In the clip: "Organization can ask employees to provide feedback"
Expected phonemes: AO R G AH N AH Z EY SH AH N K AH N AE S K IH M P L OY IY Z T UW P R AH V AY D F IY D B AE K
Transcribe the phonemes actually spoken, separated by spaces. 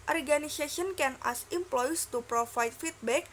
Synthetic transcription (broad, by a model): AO R G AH N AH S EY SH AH N K AH N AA S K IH M P L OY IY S T UW P R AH F AY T F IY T B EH K